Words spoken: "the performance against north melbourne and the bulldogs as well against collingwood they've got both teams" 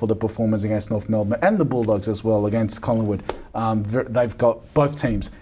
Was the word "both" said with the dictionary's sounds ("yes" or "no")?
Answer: yes